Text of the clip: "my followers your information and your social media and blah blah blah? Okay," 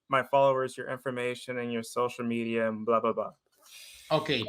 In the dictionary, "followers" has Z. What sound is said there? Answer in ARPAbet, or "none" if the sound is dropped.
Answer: Z